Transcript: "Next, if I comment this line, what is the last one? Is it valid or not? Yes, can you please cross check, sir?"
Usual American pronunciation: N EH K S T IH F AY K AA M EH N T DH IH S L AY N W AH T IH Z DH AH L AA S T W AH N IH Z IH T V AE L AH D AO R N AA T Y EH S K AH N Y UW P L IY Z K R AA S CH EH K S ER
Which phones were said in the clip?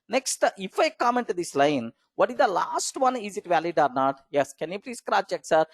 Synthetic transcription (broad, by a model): N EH K S T IH F AY K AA M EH N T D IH S L AY N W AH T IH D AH L AA S T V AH N IH Z IH T V AE L AH D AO R N AA T Y EH S K AH N Y UW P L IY S K R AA CH EH K S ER